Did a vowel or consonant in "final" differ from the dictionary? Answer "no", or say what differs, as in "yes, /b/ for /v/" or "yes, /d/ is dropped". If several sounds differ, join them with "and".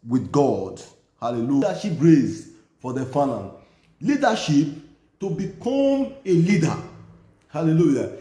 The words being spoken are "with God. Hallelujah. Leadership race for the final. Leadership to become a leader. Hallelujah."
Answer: yes, /n/ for /l/